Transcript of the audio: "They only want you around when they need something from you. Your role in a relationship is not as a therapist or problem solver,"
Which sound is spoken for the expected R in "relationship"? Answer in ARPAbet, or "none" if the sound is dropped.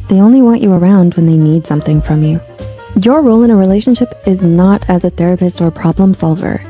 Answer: R